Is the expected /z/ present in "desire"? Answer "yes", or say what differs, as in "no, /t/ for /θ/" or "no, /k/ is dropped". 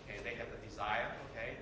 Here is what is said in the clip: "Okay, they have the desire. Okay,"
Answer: yes